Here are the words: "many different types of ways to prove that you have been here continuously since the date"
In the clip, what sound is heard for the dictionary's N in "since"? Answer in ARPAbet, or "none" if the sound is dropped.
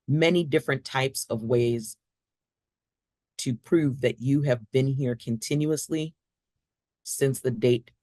N